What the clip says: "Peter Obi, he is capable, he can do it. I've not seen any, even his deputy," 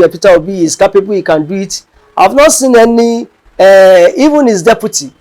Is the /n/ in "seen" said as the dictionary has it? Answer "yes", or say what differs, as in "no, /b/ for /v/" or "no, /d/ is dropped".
yes